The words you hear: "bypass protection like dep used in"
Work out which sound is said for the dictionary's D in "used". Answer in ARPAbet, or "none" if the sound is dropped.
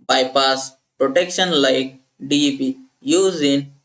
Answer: none